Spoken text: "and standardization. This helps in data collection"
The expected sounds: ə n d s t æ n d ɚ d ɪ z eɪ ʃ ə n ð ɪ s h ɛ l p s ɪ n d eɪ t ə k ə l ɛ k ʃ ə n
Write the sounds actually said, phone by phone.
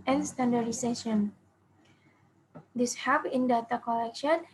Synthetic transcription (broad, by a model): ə n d s t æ n d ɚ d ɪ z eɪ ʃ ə n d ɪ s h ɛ p ɪ n d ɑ t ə k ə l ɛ k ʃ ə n